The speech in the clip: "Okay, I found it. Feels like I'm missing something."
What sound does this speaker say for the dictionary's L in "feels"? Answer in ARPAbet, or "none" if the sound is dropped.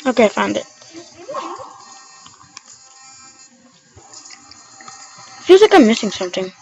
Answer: none